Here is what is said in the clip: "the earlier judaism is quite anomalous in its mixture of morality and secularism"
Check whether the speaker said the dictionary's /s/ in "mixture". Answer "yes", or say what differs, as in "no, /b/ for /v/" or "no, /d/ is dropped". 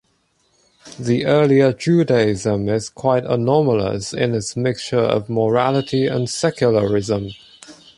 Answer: yes